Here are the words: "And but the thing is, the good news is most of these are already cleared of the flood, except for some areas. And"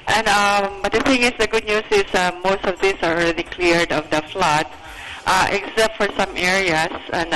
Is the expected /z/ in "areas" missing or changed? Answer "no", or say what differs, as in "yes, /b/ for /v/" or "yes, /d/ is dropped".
yes, /s/ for /z/